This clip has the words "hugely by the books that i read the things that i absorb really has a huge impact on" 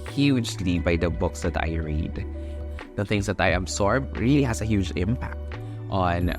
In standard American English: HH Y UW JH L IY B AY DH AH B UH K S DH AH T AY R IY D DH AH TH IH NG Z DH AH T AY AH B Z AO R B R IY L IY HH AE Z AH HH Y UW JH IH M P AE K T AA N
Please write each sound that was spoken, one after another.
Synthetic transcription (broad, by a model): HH Y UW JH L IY B AY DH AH B UH K S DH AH T AY R IY D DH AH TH IH NG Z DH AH T AY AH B S AO R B R IY L IY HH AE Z AH HH Y UW JH IH M P AE K T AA N